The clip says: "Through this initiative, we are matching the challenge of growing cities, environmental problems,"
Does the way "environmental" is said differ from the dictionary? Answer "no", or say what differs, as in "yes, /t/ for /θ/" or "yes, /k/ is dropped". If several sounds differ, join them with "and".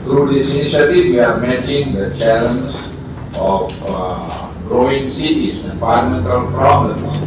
yes, /ɹ/ is dropped